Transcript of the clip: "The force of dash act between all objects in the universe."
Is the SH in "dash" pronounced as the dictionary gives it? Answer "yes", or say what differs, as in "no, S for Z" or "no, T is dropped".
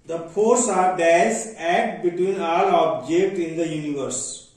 no, S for SH